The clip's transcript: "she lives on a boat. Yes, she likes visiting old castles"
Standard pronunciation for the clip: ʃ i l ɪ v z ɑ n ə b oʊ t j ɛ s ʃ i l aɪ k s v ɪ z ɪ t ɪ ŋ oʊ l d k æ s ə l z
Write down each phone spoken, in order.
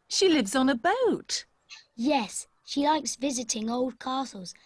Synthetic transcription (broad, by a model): ʃ i l ɪ v z n ə b oʊ t j ɛ s ʃ i l aɪ k s v ɪ z ɪ t ɪ ŋ oʊ l d k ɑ s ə l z